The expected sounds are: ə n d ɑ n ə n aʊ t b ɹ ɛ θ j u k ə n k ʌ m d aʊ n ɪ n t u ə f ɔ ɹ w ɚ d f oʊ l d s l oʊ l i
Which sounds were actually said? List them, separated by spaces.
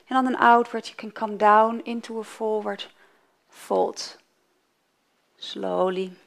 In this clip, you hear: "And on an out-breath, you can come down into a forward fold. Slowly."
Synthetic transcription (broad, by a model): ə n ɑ n ə n aʊ t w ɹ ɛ t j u k ə n k ʌ m d aʊ n ɪ n t u ə f ɔ ɹ w ɚ d f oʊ l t s l oʊ l i